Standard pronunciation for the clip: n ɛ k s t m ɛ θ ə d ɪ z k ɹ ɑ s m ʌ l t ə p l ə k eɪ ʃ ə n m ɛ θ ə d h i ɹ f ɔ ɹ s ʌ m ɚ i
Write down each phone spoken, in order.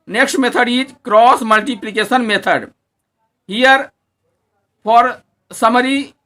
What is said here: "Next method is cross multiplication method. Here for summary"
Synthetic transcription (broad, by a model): n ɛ k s t m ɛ t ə d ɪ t k ɹ ɑ s m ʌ l t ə p l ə k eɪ s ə n m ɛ t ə d h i ɹ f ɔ ɹ s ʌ m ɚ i